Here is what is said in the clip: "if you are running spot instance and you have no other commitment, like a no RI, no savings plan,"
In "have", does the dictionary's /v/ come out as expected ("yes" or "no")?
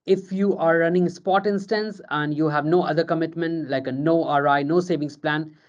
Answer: yes